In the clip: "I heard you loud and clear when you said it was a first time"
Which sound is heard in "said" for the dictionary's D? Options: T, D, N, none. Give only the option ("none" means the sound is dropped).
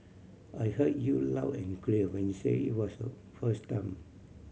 none